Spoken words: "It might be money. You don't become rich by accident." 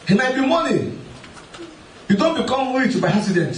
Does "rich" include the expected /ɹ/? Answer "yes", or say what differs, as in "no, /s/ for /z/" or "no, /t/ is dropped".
no, /w/ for /ɹ/